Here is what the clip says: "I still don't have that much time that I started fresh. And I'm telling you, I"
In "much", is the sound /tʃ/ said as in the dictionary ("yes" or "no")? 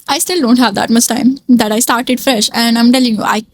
no